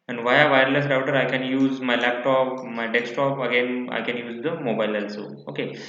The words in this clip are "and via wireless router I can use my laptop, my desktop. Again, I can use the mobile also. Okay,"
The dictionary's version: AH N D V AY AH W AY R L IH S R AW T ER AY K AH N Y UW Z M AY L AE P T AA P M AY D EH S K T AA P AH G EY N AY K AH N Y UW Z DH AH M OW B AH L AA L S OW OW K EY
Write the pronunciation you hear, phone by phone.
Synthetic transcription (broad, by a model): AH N V AY AH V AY R L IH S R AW T ER AY K AH N Y UW Z M AY L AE P T AA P M AY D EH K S T AA P AH G EY N AY K AH N Y UW Z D AH M OW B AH L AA L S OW OW K EY